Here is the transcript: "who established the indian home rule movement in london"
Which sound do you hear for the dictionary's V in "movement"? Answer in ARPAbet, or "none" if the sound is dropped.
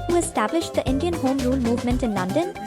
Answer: V